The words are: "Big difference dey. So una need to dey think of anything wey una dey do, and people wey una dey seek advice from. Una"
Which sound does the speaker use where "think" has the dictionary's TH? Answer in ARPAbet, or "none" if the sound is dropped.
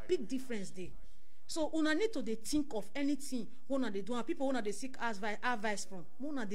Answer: T